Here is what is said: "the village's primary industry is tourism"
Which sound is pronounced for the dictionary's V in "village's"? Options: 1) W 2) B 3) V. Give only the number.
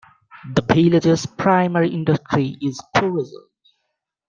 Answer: 2